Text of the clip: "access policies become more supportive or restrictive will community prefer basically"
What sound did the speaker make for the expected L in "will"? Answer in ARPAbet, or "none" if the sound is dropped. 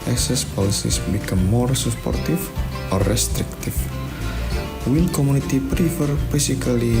N